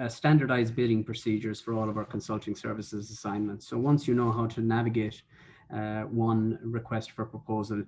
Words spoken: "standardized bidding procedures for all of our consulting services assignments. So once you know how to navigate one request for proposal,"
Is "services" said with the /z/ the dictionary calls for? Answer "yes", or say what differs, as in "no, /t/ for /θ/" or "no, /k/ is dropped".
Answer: yes